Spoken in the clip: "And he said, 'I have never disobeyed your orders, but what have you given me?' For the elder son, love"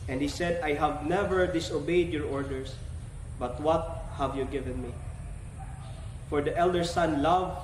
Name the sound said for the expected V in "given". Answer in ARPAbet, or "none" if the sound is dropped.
V